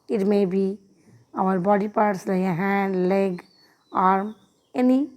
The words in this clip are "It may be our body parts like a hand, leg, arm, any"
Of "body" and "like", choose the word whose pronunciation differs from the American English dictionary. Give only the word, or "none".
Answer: like